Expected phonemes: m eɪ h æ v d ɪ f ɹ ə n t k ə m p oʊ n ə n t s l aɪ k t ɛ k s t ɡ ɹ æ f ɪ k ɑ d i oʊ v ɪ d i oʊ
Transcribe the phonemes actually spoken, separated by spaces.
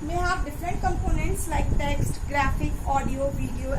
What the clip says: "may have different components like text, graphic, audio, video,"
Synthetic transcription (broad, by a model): m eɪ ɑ p d ɪ f ɹ ə n t k ə m p oʊ n ə n t s l aɪ k t ɛ k s t ɡ ɹ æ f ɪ k ɑ d i oʊ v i d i oʊ